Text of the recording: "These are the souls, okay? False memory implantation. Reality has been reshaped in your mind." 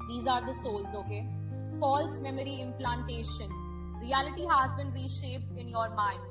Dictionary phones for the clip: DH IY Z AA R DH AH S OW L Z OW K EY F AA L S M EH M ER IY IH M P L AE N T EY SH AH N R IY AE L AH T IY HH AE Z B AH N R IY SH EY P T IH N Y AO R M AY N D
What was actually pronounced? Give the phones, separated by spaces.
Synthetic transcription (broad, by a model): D IY Z AA R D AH S OW L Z OW K EY F AA L S M EH M ER IY IH M P L AE N T EY SH AH N R IY AE L AH T IY HH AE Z B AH N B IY SH EY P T IH N Y AO R M AY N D